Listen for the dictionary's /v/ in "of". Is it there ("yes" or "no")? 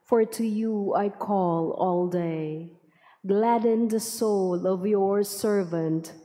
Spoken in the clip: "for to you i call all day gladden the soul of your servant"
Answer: yes